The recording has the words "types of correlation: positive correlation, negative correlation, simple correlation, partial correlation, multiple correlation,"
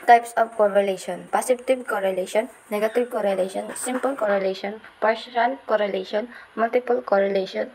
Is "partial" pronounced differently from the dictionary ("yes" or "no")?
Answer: yes